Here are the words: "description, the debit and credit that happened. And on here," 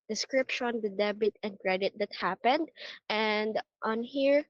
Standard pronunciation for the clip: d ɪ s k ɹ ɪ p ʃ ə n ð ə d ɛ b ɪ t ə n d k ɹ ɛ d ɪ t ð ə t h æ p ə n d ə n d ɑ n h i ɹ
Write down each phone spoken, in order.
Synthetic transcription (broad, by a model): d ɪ s k ɹ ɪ p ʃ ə n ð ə d ɛ b ɪ t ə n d k ɹ ɛ d ɪ t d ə t h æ p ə n d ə n d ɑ n h i ɹ